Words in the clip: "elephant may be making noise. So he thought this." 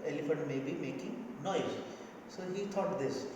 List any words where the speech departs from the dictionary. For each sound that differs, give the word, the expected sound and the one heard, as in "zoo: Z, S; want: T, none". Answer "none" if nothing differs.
thought: TH, T